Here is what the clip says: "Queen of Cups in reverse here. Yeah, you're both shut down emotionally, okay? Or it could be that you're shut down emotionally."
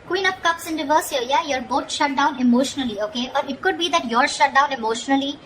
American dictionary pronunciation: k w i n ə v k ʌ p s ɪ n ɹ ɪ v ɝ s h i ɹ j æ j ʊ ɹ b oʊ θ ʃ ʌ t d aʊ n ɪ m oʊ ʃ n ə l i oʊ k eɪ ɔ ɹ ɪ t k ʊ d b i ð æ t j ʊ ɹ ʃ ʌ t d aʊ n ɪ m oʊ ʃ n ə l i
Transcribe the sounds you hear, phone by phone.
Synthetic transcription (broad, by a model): k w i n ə p k ʌ p s ɪ n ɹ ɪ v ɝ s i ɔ j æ j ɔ ɹ b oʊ t ʃ ʌ t d aʊ n ɪ m oʊ ʃ n ə l i oʊ k eɪ ɔ ɹ ɪ t k ʊ d b i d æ t j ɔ ɹ ʃ ʌ t d aʊ n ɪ m oʊ ʃ n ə l i